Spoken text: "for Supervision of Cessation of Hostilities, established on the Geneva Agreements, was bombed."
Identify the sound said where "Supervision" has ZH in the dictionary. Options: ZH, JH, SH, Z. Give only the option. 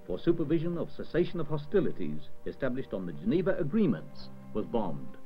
ZH